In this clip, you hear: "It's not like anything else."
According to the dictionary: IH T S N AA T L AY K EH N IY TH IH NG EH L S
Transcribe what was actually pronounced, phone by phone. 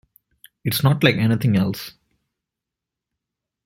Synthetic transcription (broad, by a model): IH T S N AA T L AY K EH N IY T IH NG EH L S